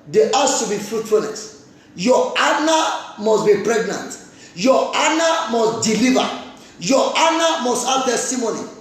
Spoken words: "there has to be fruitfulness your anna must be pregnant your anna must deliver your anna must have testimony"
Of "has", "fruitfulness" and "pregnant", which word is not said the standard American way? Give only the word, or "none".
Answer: has